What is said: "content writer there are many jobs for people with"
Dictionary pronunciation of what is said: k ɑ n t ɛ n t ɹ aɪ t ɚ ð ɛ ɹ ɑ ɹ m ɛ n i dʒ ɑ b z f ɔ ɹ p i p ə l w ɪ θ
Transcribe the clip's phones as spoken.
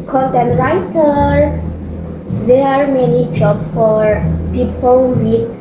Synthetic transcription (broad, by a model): k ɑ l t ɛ n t ɹ aɪ t ɚ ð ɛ ɑ ɹ m ɛ n i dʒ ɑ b f ɔ ɹ p i p ə l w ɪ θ